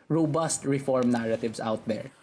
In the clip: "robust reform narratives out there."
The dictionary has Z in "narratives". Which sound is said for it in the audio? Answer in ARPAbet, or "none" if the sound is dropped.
S